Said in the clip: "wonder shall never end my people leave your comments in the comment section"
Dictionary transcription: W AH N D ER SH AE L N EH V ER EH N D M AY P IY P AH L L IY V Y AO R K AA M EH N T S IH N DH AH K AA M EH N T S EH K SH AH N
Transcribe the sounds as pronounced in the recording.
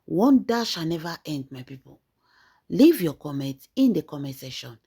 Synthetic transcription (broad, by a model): W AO N D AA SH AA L N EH V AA EH N D M AY P IY P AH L L IY V Y AO K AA M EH N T IH N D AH K AA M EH S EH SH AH N